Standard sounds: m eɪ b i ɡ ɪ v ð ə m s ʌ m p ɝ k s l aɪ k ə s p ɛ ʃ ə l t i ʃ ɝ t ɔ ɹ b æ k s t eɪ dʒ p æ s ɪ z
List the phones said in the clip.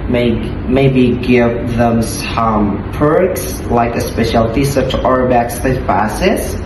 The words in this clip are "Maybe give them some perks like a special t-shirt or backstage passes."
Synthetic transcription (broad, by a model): m eɪ b i ɡ ɪ v ð ə m s ʌ m p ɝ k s l aɪ k ə s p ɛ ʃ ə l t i s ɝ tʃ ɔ ɹ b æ k s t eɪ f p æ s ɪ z